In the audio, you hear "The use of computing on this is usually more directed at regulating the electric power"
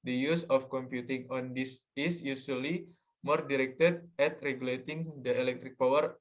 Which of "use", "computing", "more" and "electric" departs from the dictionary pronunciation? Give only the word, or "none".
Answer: none